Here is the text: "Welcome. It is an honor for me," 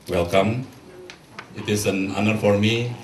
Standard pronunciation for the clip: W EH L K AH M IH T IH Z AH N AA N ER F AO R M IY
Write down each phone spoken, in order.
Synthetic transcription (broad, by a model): W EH L K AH M IH T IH S AH N AA N ER F AO R M IY